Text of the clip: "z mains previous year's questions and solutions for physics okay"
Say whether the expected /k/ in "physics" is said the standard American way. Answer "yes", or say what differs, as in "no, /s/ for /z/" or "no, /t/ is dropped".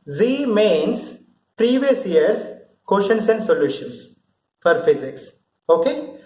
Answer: yes